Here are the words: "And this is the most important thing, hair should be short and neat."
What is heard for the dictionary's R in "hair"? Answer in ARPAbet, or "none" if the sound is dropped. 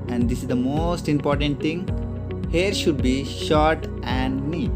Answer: R